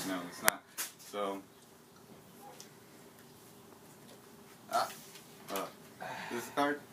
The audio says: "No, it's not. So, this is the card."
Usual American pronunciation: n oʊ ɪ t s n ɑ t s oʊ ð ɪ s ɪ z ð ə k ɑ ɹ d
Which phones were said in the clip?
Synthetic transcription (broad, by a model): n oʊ ɪ t s n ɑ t s oʊ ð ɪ ɪ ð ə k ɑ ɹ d